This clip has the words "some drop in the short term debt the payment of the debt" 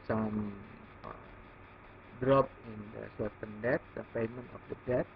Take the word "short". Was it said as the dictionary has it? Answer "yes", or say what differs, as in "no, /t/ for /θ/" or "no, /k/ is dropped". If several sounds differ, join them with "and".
no, /s/ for /ʃ/